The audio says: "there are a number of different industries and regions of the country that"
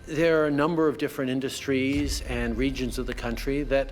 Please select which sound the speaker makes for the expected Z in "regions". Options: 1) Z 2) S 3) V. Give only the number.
1